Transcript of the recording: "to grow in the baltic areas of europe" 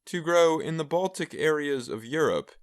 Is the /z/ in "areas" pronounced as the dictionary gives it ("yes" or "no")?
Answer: yes